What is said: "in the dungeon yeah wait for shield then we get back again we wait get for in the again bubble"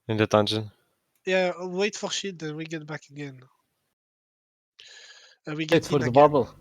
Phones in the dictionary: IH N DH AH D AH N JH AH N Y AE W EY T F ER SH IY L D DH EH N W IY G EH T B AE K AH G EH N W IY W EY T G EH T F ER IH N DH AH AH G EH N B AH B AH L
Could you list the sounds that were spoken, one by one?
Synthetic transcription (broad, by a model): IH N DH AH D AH N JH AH N Y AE W EY T F ER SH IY D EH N W IY G EH T B AE K AH G EH N W IY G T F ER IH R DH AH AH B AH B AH L